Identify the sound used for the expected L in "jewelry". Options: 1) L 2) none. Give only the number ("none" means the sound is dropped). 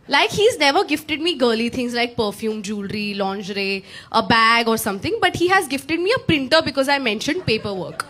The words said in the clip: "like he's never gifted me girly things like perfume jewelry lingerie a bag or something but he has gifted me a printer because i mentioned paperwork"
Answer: 1